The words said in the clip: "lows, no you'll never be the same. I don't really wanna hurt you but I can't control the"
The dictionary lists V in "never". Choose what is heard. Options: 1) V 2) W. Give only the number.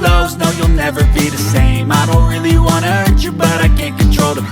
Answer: 1